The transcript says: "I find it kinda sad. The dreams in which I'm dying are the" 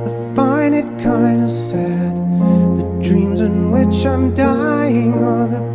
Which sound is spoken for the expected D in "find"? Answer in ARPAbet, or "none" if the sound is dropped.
none